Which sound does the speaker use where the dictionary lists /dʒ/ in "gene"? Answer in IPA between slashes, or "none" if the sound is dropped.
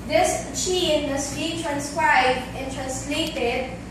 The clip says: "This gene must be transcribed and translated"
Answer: /tʃ/